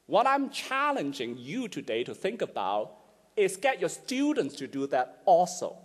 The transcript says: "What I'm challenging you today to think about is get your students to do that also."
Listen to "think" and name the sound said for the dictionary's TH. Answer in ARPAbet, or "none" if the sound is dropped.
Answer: TH